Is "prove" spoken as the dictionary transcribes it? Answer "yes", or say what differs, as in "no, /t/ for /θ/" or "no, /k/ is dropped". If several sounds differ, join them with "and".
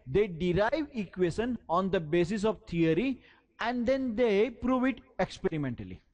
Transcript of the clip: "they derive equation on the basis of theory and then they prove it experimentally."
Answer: yes